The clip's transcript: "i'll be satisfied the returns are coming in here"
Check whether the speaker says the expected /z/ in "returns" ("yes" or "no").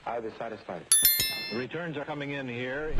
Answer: yes